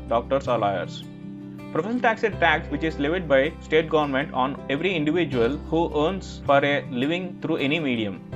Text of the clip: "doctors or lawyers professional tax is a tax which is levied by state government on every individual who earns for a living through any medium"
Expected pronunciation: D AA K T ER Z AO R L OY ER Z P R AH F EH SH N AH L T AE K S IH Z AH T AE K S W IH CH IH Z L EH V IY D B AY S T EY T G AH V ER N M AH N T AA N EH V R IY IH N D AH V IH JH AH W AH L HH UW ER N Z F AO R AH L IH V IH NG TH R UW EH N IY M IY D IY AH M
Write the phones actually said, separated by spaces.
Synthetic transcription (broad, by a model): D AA K T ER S AO R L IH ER S P R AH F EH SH AH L T AE K S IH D T AE K S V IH CH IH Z L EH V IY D B AY S T EY T G AH V ER N M AH N T AA N EH V R IY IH N D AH V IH JH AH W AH L HH UW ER N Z F AO R AH L IH V IH NG T R UW EH N IY M IY D IY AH M